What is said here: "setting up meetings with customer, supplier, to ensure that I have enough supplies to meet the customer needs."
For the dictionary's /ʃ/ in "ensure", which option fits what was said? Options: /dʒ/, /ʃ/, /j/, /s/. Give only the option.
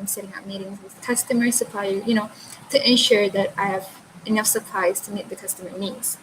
/ʃ/